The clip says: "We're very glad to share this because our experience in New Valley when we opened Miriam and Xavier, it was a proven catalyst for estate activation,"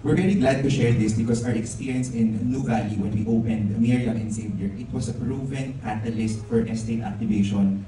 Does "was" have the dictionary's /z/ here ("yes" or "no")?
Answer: no